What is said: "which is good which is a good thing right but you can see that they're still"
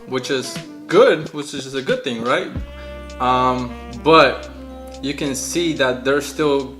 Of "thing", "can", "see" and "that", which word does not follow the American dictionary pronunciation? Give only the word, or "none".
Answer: none